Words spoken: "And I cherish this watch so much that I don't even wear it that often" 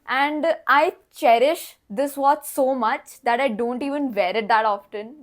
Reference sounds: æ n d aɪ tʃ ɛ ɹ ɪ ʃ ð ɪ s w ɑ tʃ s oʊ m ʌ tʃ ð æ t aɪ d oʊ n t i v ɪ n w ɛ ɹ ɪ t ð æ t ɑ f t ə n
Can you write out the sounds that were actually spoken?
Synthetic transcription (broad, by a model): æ n d aɪ tʃ ɛ ɹ ɪ ʃ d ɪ s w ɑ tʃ s oʊ m ʌ tʃ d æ t aɪ d oʊ n t i v ɪ n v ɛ ɹ ɪ t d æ t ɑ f t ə n